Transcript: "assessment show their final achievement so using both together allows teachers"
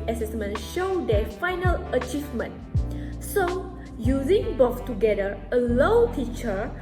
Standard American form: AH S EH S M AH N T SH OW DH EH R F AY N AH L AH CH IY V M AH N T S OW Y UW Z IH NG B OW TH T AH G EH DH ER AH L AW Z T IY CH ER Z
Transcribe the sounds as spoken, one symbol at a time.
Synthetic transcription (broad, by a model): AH S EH S M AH N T SH OW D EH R F AY N AH L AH CH IY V M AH N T S OW Y UW Z IH NG B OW S T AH G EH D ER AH L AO T IY CH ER